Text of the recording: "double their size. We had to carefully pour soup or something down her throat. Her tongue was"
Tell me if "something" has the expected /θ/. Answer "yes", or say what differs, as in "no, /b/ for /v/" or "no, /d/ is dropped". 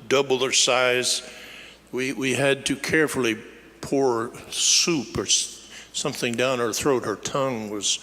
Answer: yes